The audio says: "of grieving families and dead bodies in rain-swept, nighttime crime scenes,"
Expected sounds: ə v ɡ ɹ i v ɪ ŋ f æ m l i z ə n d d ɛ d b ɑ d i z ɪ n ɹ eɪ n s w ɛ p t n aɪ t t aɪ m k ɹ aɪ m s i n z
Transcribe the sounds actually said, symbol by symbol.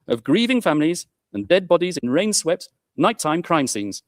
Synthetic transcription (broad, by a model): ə v ɡ ɹ i v ɪ ŋ f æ m l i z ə n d d ɛ d b ɑ d i z ɪ n ɹ eɪ n s w ɛ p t n aɪ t t aɪ m k ɹ aɪ m s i n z